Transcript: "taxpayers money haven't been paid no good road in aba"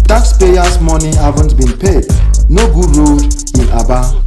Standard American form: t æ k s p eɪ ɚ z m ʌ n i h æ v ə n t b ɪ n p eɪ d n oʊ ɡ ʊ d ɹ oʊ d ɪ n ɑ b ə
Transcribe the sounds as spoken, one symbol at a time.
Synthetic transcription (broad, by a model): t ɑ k s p eɪ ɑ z m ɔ n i h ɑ v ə n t b ɪ n p eɪ d n oʊ ɡ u d ɹ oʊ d ɪ n ɑ b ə